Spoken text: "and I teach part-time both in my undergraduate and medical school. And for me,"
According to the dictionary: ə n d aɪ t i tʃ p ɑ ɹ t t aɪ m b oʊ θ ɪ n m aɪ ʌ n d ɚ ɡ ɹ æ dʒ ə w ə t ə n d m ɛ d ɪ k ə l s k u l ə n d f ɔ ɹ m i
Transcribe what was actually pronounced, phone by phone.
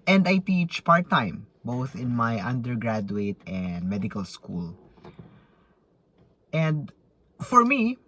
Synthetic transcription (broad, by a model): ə n d aɪ t i tʃ p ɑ ɹ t t aɪ m b oʊ θ ɪ n m aɪ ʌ n d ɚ ɡ ɹ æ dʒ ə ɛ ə t ə n d m ɛ d ɪ k ə l s k u l ə n d f ɔ ɹ m i